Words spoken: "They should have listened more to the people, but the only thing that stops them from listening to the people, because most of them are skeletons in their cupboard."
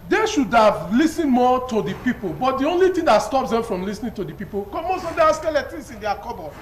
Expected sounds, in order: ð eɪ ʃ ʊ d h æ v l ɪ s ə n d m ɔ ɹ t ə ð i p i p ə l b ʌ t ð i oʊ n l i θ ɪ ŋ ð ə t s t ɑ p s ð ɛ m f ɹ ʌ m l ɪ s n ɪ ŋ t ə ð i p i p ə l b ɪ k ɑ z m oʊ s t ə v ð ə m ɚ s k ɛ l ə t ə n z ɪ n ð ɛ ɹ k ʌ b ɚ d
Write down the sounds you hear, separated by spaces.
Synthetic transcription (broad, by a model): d eɪ ʃ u d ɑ v l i s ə n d m ɔ t ə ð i p i p ə l b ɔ t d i oʊ n l i t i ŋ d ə t s t ɑ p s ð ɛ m f ɹ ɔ m l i s n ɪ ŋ t ə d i p i p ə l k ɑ m oʊ s t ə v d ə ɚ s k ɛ l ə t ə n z ɪ n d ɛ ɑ k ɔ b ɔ